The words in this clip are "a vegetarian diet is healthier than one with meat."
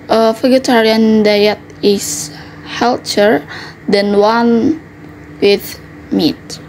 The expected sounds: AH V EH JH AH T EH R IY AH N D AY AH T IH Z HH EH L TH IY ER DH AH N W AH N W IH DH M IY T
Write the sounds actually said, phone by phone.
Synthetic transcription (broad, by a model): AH F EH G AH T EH R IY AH N D AY AH T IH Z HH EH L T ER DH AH N W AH N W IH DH M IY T